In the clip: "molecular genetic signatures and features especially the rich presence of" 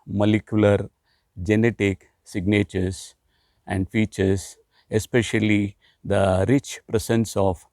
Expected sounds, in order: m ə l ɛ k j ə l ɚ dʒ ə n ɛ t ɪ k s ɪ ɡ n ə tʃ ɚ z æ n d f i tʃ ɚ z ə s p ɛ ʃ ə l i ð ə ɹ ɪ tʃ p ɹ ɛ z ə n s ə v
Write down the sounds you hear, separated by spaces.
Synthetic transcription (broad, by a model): m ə l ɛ k j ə l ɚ dʒ ə n ɛ t ɪ k s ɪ ɡ n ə tʃ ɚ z æ n d f i tʃ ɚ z ə s p ɛ ʃ ə l i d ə ɹ ɪ tʃ p ɹ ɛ s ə n s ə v